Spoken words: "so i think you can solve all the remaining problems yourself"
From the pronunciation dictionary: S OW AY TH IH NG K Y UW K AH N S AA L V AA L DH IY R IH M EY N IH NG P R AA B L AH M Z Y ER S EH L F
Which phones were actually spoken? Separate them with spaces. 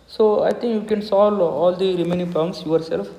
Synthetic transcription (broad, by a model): S OW AY T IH NG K Y UW K AH N S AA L AA L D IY R IH M EY N IH NG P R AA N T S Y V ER S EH L F